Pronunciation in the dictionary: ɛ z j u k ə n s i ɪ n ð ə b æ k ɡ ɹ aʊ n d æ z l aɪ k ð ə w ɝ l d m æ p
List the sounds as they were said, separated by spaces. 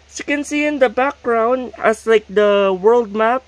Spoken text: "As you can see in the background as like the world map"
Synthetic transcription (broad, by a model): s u k ə n s i ɪ n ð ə b æ k ɡ ɹ aʊ n d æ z l aɪ k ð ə w ɝ l d m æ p